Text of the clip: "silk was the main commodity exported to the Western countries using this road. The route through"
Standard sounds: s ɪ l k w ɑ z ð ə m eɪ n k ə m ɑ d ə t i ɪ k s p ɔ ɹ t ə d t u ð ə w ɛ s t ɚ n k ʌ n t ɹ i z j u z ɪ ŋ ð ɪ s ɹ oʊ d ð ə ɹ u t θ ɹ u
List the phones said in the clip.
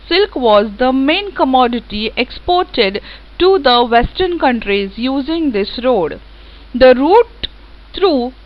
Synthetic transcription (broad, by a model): s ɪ l k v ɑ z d ə m eɪ n k ə m ɑ d ə t i ɪ k s p ɔ ɹ t ə d t u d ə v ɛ s t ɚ n k ʌ n t ɹ i z j u z ɪ ŋ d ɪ s ɹ oʊ d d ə ɹ u t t ɹ u